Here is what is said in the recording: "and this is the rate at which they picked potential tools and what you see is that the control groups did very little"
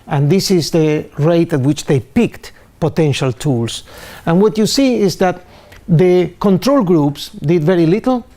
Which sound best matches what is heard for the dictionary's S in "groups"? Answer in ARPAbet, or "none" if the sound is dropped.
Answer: S